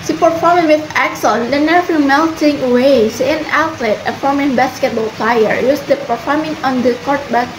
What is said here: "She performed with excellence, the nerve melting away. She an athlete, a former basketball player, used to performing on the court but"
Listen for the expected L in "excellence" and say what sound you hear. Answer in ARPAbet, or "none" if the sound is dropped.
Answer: none